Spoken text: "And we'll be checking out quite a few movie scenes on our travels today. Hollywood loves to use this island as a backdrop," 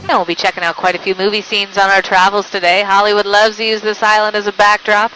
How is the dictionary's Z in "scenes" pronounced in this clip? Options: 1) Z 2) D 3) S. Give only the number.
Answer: 1